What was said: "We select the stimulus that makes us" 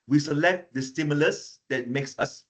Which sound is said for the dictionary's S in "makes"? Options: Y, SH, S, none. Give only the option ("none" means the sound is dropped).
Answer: S